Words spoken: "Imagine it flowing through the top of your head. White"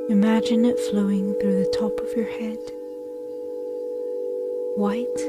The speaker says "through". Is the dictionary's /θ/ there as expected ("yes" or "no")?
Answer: yes